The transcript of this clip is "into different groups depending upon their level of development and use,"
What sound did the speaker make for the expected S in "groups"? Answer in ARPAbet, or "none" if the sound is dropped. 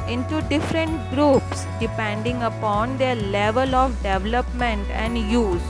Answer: S